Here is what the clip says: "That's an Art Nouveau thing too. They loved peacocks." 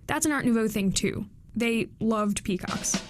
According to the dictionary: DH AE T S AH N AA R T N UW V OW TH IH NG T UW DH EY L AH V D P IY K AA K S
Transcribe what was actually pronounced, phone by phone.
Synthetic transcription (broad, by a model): DH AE T S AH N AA R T N UW V OW TH IH NG T UW DH EY L AH V D P IY K AA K S